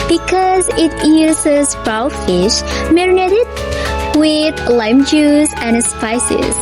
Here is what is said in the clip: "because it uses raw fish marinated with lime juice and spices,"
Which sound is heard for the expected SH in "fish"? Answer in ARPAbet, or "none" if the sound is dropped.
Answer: SH